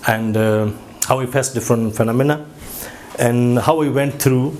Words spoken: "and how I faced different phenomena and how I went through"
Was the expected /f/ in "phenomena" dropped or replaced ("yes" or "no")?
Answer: no